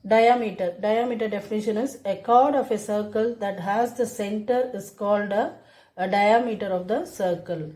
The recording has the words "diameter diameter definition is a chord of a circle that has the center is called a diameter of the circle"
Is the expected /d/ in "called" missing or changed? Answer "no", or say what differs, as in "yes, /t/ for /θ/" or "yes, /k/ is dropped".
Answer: no